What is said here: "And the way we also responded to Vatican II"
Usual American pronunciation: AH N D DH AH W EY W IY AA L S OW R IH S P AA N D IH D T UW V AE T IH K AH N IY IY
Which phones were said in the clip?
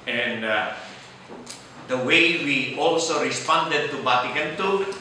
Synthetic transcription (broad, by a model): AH N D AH W EY W IY AA L S OW R IH S P AA N D IH D T UW B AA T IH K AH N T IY